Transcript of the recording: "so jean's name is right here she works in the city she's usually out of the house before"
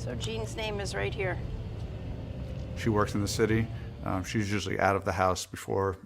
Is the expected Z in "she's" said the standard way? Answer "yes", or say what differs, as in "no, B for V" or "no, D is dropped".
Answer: yes